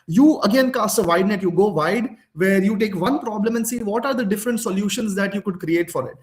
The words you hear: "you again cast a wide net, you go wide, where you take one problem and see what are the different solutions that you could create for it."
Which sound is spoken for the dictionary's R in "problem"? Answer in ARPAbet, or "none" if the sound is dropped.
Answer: R